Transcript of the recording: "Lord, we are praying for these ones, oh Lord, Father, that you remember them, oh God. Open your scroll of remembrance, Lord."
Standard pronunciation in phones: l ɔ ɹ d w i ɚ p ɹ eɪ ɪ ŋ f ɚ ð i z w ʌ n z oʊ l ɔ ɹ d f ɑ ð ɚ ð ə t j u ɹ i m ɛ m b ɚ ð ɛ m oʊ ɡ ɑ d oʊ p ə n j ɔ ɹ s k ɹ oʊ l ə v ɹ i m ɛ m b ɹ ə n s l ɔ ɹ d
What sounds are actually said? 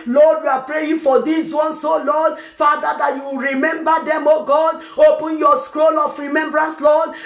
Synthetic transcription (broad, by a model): l ɔ d w i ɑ p ɹ eɪ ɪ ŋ f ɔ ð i s w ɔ n s oʊ l ɔ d f ɑ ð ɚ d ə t j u ɹ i m ɛ m b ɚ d ɛ m oʊ ɡ ɑ d oʊ p ə n j ɔ s k ɹ oʊ l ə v ɹ i m ɛ m b ɹ ə n s l ɔ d